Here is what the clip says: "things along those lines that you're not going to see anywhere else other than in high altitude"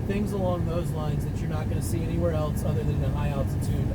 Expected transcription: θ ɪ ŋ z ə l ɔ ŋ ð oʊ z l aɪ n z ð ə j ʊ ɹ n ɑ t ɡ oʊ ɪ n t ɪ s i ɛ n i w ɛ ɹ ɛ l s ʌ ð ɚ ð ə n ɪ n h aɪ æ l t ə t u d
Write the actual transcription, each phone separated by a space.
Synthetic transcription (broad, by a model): θ ɪ ŋ z ə l ɔ ŋ ð oʊ z l aɪ n z ð ə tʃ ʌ ɹ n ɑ t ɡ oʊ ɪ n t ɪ s i ɛ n i w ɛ ɹ ɛ l s ʌ ð ɚ ð ə n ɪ h aɪ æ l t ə t u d